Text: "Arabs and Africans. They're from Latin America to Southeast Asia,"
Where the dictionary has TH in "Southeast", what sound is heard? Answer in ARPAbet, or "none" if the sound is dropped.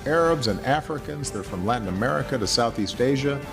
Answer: TH